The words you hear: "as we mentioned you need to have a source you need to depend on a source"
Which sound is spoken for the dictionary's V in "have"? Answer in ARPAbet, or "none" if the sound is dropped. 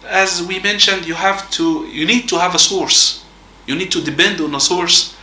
V